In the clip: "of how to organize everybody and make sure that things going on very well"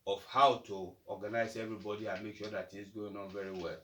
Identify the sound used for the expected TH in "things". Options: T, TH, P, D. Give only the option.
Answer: T